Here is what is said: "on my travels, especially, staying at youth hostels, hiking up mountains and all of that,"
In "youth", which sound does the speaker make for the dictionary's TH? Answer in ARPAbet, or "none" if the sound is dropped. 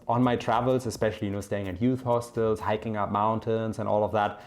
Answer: TH